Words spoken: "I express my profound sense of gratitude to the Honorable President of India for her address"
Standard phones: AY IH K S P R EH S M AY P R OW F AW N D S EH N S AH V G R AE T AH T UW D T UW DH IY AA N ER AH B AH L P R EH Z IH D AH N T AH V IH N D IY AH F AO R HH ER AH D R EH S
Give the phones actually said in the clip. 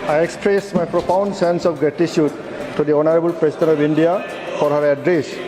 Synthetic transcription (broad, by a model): AY IH K S P R EH S M AY P R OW P AW N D S EH N S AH P G R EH T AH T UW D T UW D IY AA N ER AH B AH L P R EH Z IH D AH N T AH P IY N D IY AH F AO R HH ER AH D R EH S